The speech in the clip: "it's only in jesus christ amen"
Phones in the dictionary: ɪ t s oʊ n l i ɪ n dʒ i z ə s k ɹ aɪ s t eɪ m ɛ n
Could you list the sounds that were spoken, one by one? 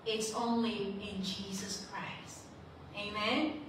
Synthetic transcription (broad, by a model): ɪ t s oʊ n l i ɪ n dʒ i z ə s k ɹ aɪ s t eɪ m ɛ n